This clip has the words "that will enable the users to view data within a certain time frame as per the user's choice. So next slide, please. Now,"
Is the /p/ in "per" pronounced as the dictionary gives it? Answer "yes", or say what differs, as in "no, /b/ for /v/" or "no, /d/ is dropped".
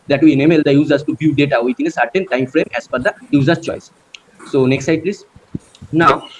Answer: no, /f/ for /p/